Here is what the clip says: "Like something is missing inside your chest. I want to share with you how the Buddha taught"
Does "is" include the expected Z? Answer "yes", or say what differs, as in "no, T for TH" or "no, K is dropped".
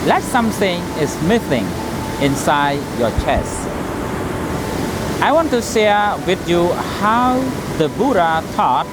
no, S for Z